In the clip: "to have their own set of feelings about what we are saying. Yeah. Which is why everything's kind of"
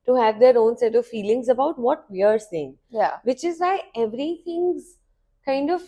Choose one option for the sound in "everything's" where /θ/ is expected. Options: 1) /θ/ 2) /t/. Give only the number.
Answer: 2